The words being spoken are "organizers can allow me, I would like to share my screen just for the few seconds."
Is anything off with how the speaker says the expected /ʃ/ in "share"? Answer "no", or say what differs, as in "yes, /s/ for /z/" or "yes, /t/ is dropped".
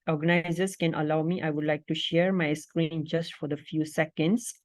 no